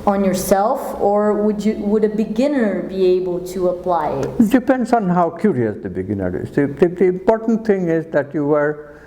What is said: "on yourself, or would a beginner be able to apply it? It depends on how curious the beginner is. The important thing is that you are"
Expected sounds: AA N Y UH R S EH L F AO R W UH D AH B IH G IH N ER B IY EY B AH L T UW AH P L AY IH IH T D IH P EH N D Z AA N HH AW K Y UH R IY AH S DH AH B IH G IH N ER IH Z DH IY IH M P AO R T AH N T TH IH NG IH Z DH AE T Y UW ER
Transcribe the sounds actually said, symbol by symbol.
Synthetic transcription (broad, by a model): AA N Y UH R S EH L F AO R W UH D AH B IH G IH N ER B IY EY B AH L T UW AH P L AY IH IH T D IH P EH N D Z AA N HH AW K Y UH R IY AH S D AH B IH G IH N ER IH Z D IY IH M P AO R T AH N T T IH NG IH Z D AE T Y UW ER